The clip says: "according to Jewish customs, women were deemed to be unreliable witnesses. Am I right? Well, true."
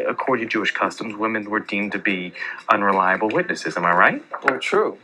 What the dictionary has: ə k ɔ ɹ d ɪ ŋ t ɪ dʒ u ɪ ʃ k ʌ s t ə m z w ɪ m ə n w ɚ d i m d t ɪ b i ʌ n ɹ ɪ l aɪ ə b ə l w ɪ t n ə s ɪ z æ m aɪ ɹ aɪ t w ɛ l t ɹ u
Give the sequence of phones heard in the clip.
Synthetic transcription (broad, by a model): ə k ɔ ɹ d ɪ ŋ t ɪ dʒ u ɪ ʃ k ʌ s t ə m z w ɪ m ə n w ɚ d i m t ɪ b i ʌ n ɹ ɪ l aɪ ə b l w ɪ t n ə s ɪ z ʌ m aɪ ɹ aɪ t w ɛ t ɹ u